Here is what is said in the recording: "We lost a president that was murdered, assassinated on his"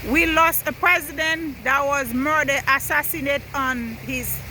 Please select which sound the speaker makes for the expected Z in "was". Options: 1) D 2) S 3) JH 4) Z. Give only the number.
4